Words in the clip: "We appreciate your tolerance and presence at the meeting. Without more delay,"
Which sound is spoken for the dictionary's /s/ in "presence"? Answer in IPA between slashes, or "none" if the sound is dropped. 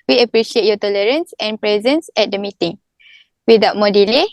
/s/